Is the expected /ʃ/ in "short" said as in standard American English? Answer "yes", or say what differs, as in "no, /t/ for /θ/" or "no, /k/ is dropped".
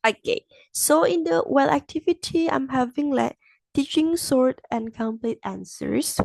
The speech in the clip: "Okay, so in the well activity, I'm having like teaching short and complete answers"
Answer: no, /s/ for /ʃ/